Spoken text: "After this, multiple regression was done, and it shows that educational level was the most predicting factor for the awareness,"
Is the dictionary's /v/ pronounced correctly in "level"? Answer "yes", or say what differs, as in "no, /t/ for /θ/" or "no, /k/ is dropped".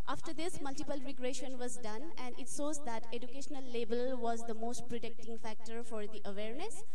no, /b/ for /v/